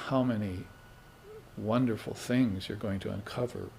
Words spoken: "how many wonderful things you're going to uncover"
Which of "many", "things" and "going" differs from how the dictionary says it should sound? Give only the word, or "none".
none